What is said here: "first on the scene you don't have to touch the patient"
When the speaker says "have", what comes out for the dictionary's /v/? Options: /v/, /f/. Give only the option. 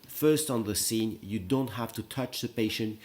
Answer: /f/